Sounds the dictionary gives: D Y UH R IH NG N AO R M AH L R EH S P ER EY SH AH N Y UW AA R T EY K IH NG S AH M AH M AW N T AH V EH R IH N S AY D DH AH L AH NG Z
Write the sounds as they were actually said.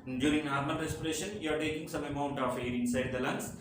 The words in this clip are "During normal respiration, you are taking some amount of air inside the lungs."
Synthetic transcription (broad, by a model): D Y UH R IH NG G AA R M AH N R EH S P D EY SH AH N Y UW AA R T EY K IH NG S AH M AH M AW N T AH F EH R IH N S AY D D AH L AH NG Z